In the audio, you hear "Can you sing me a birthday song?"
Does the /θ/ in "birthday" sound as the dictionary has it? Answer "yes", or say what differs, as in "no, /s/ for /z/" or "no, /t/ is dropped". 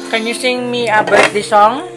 no, /t/ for /θ/